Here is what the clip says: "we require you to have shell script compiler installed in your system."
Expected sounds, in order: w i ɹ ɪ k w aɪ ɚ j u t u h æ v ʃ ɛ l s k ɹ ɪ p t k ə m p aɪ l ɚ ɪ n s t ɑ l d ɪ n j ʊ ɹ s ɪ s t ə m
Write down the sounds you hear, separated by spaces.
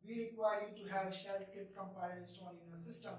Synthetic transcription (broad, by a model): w i ɹ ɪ k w aɪ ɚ j u t u h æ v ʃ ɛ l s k ɪ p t k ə m p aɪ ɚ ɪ s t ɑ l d ɪ n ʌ s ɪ s t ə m